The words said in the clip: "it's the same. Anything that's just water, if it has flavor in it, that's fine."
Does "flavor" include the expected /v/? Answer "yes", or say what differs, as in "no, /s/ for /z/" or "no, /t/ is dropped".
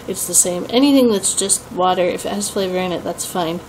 yes